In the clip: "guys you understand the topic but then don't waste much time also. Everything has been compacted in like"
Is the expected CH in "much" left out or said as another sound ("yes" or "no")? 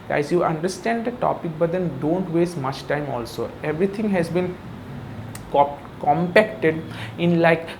no